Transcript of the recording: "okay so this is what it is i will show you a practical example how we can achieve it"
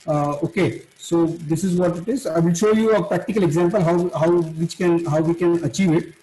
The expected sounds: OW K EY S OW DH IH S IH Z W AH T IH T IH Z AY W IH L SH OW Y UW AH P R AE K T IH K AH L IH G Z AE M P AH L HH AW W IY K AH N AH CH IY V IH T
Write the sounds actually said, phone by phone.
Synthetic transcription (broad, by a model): OW K EY S OW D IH S IH Z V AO T IH T IH Z AY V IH L SH OW Y UW AH P R AE K T IH K AH L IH G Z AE M P AH L HH AW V IY K AH N AH CH IY V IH T